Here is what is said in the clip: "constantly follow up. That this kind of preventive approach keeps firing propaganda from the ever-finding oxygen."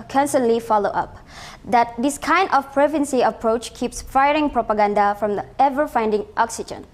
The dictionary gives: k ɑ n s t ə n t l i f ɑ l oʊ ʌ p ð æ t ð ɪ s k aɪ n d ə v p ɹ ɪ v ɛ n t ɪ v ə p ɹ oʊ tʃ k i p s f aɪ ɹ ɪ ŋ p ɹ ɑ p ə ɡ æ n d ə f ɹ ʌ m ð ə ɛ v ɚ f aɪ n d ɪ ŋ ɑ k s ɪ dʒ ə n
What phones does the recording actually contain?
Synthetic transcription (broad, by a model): k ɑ n s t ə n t l i f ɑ l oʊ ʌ p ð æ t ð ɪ s k aɪ n d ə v p ɹ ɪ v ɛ n s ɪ ə p ɹ oʊ tʃ k i p s f aɪ ɹ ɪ ŋ p ɹ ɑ p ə ɡ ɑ n d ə f ɹ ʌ m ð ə ɛ v ɚ f aɪ n d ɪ ŋ ɑ k s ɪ dʒ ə n